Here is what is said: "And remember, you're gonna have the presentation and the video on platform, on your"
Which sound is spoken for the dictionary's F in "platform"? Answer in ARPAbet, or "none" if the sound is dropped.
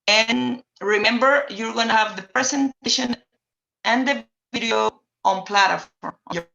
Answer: none